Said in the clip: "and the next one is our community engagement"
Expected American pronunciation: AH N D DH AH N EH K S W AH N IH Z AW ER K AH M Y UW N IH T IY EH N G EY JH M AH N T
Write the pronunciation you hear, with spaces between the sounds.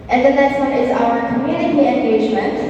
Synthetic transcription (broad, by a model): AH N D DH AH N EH S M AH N IH Z AW ER K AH M Y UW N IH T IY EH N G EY JH M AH N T